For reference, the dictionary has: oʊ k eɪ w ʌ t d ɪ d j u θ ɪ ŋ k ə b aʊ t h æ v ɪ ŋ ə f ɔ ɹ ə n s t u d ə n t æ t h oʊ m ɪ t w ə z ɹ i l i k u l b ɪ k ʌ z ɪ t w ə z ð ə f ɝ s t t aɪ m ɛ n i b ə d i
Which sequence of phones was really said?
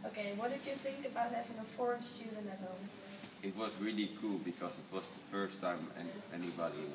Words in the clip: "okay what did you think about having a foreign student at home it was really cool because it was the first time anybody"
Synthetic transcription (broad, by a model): oʊ k eɪ w ʌ t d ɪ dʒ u θ ɪ ŋ k ə b aʊ t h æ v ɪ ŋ ə f ɔ ɹ ə n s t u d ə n æ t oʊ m ɪ t w ə z ɹ i l i k u l b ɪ k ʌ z ɪ t w ə z ð ə f ɝ s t t aɪ m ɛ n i b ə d i